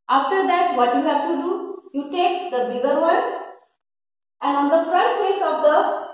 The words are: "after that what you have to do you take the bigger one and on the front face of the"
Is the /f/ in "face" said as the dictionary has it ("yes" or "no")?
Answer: no